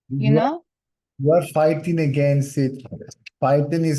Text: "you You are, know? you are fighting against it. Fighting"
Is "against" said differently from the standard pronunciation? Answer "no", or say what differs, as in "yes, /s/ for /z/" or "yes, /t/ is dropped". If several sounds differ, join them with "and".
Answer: yes, /t/ is dropped